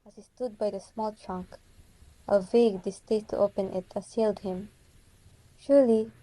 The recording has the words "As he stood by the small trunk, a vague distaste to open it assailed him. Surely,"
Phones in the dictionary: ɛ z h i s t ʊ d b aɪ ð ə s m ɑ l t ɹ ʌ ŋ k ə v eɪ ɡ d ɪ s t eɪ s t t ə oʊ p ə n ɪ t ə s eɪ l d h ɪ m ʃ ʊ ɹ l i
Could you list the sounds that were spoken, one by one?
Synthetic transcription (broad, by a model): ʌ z h i s t ʊ d b aɪ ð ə s m ɑ l t ɹ ʌ ŋ k ə v eɪ ɡ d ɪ s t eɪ t t oʊ p ə n ɪ t ə s eɪ l d h ɪ m ʃ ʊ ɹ l i